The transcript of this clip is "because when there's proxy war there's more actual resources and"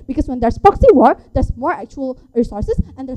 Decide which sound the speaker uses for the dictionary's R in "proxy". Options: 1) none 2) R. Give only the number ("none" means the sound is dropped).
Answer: 1